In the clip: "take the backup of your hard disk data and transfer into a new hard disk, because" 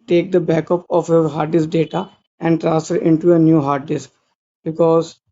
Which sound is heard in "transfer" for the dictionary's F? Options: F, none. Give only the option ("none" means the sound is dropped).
none